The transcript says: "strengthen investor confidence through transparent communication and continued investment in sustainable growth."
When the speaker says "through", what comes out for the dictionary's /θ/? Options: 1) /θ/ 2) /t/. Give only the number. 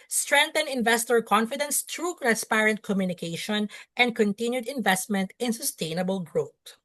2